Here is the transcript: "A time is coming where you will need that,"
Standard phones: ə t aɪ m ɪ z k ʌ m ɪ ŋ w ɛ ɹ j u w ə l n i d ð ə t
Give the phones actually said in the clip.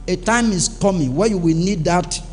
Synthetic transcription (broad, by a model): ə t aɪ m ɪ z k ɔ m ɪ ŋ w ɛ j u w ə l n i d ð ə t